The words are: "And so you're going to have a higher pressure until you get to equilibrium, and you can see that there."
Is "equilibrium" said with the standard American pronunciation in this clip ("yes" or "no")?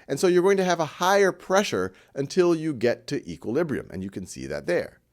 yes